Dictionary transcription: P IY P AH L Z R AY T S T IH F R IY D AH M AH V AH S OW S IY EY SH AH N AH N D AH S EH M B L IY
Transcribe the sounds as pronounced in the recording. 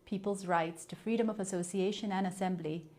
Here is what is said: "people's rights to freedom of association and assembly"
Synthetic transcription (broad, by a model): P IY P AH L Z R AY T S T IH F R IY D AH M AH V AH S OW S IY EY SH AH N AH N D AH S EH M B L IY